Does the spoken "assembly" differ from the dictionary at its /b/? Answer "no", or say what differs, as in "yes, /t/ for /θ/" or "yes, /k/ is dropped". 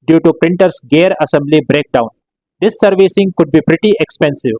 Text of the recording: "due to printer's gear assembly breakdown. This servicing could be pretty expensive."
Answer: no